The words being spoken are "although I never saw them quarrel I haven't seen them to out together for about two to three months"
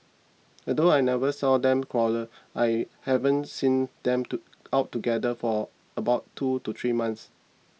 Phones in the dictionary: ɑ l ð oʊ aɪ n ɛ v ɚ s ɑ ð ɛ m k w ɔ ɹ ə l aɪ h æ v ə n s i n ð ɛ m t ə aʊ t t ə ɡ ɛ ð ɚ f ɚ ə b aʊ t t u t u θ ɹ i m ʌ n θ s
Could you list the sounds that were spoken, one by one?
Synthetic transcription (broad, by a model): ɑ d oʊ aɪ n ɛ v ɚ s ɑ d ɛ m k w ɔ l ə aɪ h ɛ v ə n s i n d ɛ m t ə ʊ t t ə ɡ ɛ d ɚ f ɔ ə b aʊ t t u t u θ ɹ i m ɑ n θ s